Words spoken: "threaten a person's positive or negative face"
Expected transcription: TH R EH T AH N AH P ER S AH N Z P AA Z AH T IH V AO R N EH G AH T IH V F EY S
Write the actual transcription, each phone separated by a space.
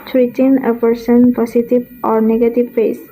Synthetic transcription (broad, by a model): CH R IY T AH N AH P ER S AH N P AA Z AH T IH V AO R N EH G AH T IH V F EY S